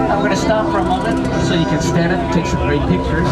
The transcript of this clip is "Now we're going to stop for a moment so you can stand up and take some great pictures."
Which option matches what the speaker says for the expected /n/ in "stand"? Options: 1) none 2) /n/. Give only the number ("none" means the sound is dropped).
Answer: 1